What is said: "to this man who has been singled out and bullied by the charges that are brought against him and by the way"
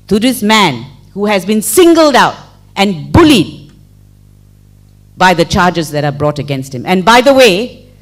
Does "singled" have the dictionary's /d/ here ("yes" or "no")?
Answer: yes